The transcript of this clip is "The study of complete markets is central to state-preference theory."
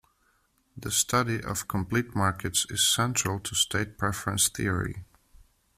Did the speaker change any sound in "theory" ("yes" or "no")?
no